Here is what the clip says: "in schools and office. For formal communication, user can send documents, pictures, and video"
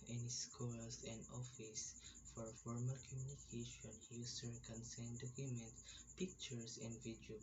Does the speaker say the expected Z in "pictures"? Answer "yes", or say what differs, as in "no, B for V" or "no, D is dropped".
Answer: no, S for Z